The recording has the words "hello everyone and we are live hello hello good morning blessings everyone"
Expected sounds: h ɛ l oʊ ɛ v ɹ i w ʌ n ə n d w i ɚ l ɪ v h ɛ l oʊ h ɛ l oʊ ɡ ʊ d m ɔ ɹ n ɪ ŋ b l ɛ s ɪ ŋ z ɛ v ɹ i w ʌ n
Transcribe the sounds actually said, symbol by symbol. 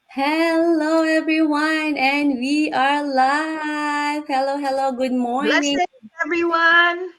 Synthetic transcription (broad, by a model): h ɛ l oʊ ɛ v ɹ i w ʌ n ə n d w i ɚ l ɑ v h ɛ l oʊ h ɛ l oʊ ɡ ʊ d m ɔ ɹ n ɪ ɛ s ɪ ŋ ɛ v ɹ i w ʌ n